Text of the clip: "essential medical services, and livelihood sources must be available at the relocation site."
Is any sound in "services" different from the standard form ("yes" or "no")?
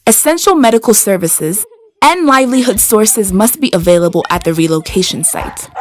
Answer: no